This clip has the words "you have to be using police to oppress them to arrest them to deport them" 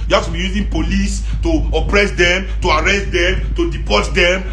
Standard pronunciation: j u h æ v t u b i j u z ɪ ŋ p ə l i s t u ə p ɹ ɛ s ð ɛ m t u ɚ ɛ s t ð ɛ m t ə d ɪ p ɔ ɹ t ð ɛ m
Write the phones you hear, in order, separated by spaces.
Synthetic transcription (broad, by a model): j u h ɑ f t u b i j u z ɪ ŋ p ə l i s t u ə p ɹ ɛ s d ɛ m t u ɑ ɛ s t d ɛ m t ə d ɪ p ɔ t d ɛ m